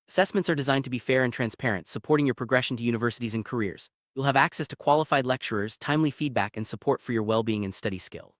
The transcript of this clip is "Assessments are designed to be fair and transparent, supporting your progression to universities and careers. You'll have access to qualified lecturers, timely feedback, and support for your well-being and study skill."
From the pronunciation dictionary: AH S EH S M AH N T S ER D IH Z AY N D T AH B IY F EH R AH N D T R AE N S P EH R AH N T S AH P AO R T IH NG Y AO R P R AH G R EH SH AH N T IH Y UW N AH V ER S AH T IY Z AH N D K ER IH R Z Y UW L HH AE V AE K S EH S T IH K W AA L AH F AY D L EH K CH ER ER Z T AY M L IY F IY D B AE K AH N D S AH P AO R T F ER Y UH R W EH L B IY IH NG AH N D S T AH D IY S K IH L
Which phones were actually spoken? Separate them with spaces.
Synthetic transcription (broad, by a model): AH S EH S M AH N T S ER D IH Z AY N T AH B IY F EH R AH N T R AE N S P EH R AH N T S AH P AO R T IH NG Y AO R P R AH G R EH SH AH N T IH Y UW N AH V ER S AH T IY Z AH N K ER IH R Z Y UW L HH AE V AE K S EH S T IH K W AA L AH F AY D L EH K CH ER ER Z T AY M L IY F IY D B AE K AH N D S AH P AO R T F ER Y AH R W EH L B IY IH NG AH N S T AH D IY S K IH L